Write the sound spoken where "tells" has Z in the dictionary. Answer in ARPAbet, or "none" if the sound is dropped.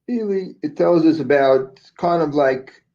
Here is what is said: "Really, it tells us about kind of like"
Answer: Z